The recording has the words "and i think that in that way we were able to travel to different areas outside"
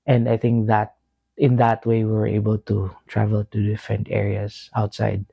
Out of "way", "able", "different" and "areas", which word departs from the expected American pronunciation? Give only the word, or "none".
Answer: areas